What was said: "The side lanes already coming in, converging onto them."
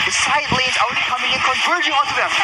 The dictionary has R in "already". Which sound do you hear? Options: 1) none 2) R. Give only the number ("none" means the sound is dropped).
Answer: 1